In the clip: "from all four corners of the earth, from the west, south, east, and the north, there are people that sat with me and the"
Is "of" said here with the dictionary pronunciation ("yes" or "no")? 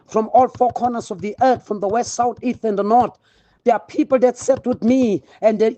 yes